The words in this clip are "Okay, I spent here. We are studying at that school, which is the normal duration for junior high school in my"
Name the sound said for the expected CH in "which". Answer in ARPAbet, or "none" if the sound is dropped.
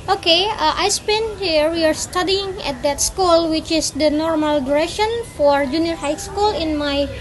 CH